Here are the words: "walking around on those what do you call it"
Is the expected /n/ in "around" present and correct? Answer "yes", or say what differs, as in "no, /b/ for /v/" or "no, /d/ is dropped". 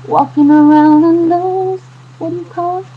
yes